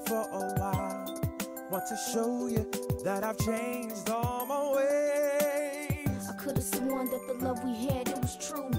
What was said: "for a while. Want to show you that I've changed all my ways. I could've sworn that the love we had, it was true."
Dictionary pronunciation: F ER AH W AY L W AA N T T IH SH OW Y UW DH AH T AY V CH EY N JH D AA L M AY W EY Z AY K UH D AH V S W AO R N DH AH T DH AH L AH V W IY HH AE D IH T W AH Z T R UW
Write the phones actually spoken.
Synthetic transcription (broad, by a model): F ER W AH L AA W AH T IH SH OW Y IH DH AH T AY V CH EY N JH D AA L M AY W EY AY K UH D AH V S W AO N DH AH T DH AH L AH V W IY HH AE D IH T W AH Z T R UW